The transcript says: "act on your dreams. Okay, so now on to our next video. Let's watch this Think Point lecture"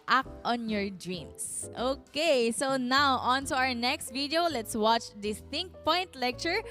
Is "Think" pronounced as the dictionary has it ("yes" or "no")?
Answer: no